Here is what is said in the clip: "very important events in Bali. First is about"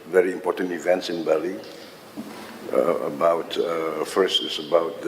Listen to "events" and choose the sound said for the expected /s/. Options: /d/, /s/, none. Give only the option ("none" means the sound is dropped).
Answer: /s/